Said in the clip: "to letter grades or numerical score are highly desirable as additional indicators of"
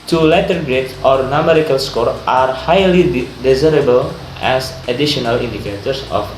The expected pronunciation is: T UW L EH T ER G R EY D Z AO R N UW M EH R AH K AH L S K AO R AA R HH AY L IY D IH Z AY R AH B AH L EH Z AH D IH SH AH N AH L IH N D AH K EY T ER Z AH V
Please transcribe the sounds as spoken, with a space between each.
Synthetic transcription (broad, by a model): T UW L EH T ER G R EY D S AO R N UW M EH R AH K AH L S K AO R AA R HH AY L IY D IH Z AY R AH B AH L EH S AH D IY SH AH N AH L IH N D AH K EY T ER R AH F